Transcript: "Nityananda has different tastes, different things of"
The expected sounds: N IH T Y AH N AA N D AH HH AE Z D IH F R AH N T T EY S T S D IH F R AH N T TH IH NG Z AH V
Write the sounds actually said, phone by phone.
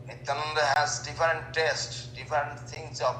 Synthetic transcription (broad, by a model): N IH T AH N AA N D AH HH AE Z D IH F R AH N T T EY S T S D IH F R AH N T T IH NG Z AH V